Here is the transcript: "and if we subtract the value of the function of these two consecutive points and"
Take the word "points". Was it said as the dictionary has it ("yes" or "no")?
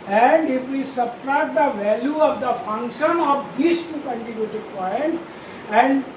no